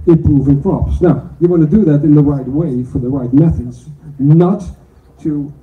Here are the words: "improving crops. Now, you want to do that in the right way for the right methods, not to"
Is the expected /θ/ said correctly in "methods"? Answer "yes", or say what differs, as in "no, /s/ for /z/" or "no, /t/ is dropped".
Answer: yes